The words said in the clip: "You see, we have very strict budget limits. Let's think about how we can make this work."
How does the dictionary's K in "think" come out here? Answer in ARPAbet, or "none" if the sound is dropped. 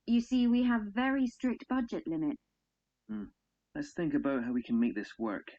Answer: K